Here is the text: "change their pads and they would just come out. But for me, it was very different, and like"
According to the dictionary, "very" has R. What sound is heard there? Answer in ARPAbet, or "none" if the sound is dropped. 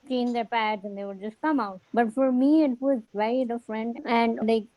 none